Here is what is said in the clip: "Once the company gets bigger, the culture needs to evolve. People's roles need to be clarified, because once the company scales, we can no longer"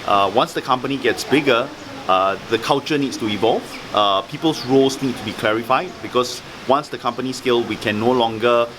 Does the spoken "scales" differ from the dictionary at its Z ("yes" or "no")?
yes